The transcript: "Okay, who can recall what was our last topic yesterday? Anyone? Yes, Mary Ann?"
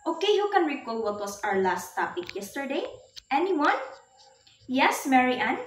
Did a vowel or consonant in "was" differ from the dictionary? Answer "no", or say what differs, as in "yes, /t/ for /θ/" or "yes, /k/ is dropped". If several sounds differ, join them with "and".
yes, /s/ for /z/